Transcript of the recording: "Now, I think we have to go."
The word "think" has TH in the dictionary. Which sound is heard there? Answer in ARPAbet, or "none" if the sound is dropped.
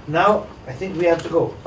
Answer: TH